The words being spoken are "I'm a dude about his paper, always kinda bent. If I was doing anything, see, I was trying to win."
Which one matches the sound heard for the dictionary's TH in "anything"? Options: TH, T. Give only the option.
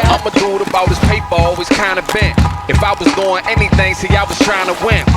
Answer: TH